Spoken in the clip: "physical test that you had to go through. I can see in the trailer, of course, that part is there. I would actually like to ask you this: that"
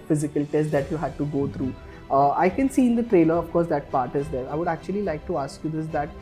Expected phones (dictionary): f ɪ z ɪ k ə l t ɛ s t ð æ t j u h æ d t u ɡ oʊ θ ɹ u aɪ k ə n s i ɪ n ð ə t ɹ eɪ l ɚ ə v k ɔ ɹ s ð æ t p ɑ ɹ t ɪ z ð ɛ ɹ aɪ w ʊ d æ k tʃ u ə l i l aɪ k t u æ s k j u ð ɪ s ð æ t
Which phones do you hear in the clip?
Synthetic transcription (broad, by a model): f ɪ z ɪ k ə l t ɛ s t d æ t j u h æ d t u ɡ oʊ t ɹ u aɪ k ə n s i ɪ n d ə t ɹ eɪ l ɚ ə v k ɔ ɹ s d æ t p ɑ ɹ t ɪ z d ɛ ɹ aɪ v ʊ d æ k tʃ u ə l i l aɪ k t u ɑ s k j u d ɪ s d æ t